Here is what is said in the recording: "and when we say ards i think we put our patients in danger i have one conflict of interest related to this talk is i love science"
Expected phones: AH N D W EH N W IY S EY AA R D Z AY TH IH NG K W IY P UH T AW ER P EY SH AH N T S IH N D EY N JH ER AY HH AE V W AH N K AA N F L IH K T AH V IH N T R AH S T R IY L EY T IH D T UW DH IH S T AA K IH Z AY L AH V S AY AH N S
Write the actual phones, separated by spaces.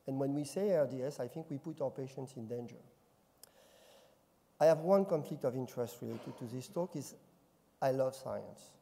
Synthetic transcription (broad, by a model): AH N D W EH N W IY S EY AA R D S AY TH IH NG K W IY P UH T AW ER P EY SH AH N T S IH N D EY N JH ER AY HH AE V W AH N K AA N F L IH K T AH V IH N T R AH S T R IY L EY T IH D T UW DH IH S T AA K IH Z AY L AH V S AY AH N S